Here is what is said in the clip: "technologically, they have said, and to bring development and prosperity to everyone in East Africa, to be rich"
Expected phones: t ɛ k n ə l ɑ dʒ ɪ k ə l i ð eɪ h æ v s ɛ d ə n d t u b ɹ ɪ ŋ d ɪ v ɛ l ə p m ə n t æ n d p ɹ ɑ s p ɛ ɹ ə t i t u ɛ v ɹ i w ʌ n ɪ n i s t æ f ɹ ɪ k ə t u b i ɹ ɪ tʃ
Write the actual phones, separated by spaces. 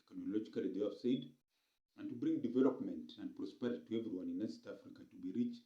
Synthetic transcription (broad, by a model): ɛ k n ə l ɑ dʒ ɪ k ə l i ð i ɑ f s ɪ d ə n t u b ɹ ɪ ŋ d ɪ v ɛ l ə p m ə n t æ n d p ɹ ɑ s p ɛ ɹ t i t u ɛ v ɹ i w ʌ n ɪ n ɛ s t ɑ f ɹ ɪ k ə t u b i ɹ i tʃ